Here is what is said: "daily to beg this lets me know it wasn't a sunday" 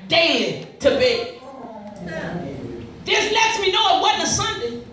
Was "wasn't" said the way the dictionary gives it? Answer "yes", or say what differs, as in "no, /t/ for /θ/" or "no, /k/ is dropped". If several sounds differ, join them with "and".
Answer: no, /t/ is dropped